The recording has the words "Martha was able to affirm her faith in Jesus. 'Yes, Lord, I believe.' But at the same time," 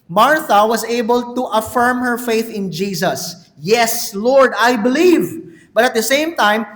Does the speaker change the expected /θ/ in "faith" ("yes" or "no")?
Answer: no